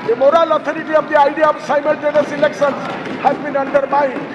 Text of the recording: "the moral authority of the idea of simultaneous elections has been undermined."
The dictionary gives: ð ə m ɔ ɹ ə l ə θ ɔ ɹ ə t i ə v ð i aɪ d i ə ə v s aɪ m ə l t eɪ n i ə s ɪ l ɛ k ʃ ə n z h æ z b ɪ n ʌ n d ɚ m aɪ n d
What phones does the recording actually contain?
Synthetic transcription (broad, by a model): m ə m ɔ ɹ ə l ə t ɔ ɹ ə t i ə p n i aɪ d i ə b s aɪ m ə l t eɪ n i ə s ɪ l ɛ k s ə n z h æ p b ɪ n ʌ n d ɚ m aɪ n